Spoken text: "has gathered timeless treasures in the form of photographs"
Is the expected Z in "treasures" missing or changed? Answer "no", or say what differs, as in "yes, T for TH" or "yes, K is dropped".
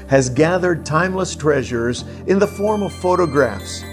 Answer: no